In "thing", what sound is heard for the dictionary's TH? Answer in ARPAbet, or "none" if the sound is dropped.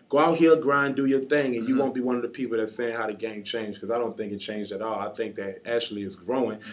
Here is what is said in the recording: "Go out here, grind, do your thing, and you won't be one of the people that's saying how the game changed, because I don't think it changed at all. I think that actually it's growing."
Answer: TH